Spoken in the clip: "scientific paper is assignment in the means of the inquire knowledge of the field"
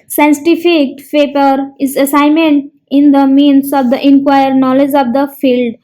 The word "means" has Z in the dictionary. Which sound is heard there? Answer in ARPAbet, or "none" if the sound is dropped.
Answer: S